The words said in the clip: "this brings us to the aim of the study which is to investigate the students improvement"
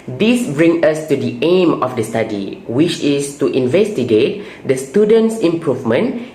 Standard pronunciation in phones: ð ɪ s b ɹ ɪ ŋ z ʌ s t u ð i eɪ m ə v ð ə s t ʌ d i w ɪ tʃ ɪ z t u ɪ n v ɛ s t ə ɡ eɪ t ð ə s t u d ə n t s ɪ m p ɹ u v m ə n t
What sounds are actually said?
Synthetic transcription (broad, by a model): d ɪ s b ɹ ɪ ŋ ʌ s t u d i eɪ m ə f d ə s t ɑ d i w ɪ tʃ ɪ s t u ɪ n v ɛ s t ə ɡ eɪ t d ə s t u d ə n t s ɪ m p ɹ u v m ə n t